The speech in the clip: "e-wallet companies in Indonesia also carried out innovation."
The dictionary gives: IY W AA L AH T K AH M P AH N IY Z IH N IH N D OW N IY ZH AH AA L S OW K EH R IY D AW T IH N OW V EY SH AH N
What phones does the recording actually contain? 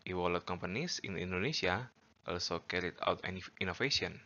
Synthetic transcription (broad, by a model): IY W AA L AH T K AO M P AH N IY S IH N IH N D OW N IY S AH AA L S OW K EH R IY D AW T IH N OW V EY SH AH N